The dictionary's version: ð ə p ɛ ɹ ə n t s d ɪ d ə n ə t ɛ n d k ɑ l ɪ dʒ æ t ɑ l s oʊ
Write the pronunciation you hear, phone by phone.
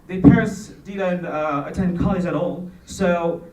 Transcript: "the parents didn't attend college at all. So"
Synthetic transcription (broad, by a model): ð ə p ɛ ɹ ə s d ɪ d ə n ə t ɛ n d k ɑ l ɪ z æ t ɑ l s oʊ